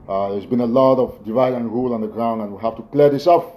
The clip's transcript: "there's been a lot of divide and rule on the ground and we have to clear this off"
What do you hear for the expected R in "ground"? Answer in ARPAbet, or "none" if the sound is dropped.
R